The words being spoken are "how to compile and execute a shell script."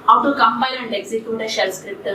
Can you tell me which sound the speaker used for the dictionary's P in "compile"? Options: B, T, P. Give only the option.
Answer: B